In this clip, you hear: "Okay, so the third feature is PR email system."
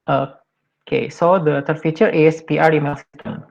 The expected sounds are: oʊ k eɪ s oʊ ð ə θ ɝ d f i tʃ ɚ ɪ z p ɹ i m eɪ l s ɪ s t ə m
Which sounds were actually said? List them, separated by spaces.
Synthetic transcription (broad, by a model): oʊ k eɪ s oʊ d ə t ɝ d f i tʃ ɚ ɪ s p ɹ i m eɪ l s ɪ s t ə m